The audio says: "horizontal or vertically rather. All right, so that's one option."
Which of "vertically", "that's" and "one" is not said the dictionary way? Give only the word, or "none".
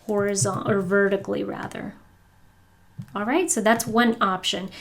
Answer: none